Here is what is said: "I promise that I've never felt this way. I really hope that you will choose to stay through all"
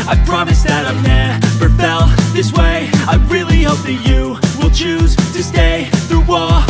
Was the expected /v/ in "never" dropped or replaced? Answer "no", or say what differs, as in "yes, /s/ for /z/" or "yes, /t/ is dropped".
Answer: yes, /p/ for /v/